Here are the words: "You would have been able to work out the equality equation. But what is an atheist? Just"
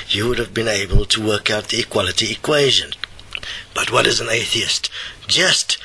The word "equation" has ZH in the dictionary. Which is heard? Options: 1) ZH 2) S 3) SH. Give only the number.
1